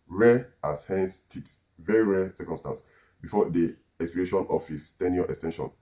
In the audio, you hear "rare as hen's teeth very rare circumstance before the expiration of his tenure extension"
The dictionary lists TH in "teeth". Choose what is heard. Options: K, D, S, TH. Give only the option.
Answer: S